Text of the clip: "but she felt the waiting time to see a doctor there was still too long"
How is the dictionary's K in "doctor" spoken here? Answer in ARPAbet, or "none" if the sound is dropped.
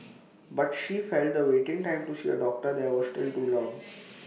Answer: K